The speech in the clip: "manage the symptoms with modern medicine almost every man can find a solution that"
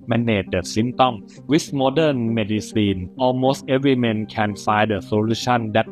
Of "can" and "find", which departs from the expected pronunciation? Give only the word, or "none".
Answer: find